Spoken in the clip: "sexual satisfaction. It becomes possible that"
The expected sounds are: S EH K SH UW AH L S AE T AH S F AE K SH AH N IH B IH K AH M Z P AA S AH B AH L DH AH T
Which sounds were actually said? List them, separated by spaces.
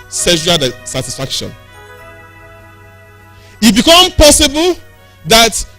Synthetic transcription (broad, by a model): S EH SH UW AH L S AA T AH S F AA K SH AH N IH B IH K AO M P AA S AH B AH L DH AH T